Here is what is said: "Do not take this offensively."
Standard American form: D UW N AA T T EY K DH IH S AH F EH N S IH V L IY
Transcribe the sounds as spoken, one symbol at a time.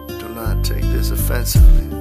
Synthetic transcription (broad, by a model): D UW L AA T T EY K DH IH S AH F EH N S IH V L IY